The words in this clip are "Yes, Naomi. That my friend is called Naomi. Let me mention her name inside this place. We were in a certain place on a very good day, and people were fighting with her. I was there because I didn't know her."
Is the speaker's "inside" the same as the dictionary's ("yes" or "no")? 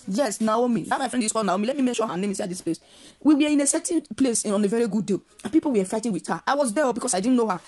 no